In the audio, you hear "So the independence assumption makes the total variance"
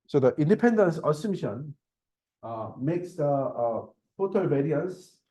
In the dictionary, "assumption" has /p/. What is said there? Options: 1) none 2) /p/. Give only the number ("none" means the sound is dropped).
1